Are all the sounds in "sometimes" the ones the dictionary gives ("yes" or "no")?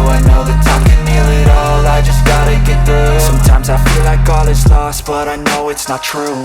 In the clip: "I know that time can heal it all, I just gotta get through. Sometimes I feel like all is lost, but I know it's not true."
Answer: yes